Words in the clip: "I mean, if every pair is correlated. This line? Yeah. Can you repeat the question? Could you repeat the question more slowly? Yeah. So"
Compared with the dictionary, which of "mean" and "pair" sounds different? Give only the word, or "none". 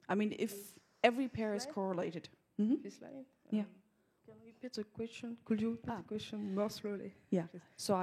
none